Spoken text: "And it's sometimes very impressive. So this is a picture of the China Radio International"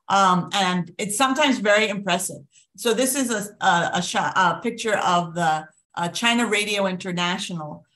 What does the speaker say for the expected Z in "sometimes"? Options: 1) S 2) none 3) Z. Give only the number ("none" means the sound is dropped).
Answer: 3